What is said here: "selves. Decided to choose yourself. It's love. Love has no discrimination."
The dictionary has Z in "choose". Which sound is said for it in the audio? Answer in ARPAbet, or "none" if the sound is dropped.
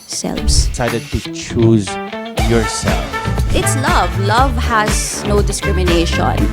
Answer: Z